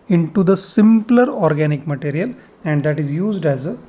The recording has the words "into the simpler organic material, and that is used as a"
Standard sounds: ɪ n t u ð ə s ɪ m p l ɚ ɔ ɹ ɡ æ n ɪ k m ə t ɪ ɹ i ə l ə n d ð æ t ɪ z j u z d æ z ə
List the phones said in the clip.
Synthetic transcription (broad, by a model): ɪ n t u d ə s ɪ m p l ɚ ɔ ɹ ɡ æ n ɪ k m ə t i ɹ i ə l ə n d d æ t ɪ z j u z d æ z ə